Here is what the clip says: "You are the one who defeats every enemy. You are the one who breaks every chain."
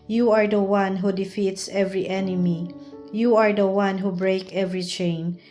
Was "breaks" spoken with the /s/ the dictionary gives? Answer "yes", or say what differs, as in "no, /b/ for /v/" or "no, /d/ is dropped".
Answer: no, /s/ is dropped